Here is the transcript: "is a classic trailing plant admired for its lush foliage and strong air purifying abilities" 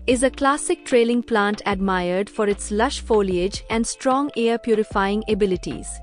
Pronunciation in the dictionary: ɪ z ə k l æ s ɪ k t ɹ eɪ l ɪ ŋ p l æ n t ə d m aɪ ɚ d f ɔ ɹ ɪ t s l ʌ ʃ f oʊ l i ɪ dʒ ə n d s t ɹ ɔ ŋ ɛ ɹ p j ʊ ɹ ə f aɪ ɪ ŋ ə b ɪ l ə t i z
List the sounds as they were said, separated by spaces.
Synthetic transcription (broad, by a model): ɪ z ə k l æ s ɪ k t ɹ eɪ l ɪ ŋ p l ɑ n t ə d m aɪ ɚ d f ɔ ɹ ɪ t s l ʌ ʃ f oʊ l i ɪ dʒ ə n d s t ɹ ɔ ŋ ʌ ɹ p j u ɹ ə f aɪ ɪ ŋ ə b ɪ l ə t i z